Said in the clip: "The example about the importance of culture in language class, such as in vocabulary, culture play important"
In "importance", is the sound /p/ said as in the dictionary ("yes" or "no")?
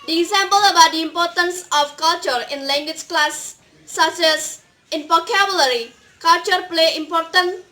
yes